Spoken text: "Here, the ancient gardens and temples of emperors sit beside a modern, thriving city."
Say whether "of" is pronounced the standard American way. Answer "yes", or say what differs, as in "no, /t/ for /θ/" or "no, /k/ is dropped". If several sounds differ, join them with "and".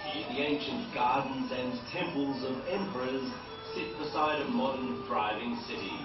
yes